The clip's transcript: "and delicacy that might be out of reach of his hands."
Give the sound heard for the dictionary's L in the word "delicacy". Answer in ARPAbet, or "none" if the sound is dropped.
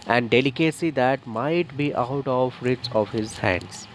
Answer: L